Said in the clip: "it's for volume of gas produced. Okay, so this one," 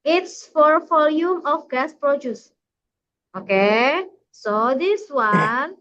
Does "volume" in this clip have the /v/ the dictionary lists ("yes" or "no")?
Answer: no